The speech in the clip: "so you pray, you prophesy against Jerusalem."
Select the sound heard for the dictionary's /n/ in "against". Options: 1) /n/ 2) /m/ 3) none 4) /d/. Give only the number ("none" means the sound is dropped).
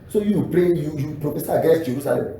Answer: 3